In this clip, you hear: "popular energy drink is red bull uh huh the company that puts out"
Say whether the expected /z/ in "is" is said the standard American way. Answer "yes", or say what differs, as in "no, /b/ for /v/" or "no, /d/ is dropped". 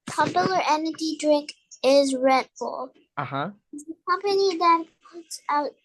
yes